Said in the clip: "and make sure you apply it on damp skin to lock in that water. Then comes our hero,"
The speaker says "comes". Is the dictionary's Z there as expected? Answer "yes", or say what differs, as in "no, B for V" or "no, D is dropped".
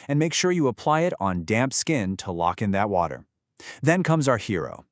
yes